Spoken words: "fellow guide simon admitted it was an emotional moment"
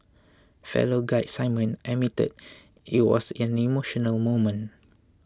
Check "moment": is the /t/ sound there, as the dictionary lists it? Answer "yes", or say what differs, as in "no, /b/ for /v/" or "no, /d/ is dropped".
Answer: no, /t/ is dropped